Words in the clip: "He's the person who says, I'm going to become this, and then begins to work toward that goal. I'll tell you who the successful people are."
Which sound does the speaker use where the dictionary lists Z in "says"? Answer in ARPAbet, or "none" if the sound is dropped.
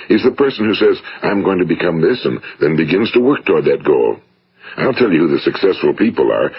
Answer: Z